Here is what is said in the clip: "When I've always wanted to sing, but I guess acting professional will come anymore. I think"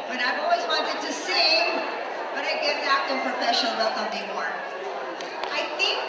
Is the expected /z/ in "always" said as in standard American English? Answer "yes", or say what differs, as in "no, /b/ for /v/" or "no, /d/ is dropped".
yes